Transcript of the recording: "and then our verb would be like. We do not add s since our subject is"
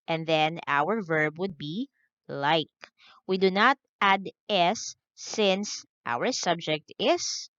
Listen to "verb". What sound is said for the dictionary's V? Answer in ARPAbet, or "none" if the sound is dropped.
V